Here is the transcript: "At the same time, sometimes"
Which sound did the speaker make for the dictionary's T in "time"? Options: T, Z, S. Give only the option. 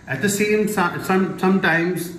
S